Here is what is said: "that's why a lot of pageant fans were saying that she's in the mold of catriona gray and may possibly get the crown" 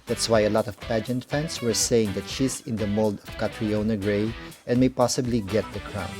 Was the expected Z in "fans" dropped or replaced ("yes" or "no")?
yes